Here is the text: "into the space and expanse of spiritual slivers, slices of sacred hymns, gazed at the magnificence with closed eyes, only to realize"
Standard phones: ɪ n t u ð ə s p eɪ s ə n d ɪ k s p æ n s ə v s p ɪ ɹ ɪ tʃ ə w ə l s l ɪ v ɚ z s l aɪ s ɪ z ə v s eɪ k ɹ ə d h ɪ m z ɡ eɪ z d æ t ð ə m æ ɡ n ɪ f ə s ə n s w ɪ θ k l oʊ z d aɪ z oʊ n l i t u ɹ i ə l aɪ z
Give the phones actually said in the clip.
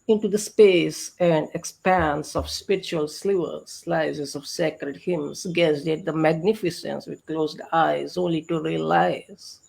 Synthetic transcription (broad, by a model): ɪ n t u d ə s p eɪ s ə n d ɪ k s p æ n s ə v s p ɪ ɹ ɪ tʃ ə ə l s l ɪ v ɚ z s l aɪ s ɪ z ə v s eɪ k ɹ ə d h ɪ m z ɡ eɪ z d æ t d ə m æ ɡ n ɪ f ə s ə n s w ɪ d k l oʊ z d aɪ z oʊ n l i t u ɹ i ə l aɪ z